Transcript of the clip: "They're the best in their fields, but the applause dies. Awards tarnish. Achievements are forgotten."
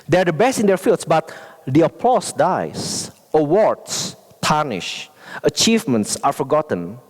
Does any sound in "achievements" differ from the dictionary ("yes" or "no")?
no